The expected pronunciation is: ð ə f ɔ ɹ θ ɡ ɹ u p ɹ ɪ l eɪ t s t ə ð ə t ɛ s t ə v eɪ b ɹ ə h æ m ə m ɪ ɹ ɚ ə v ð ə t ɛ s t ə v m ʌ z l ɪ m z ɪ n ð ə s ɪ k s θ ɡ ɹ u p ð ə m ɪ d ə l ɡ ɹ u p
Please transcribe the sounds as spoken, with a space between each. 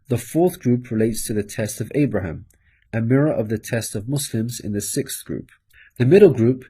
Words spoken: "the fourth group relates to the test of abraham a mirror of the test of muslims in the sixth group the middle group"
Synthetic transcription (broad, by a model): ð ə f ɔ θ ɡ ɹ u p ɹ ɪ l eɪ t s t ə ð ə t ɛ s t ə v eɪ b ɹ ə h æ m ə m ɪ ɹ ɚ ə v ð ə t ɛ s t ə v m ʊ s l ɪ m z ɪ n ð ə s ɪ k s θ ɡ ɹ u p ð ə m ɪ d l ɡ ɹ u p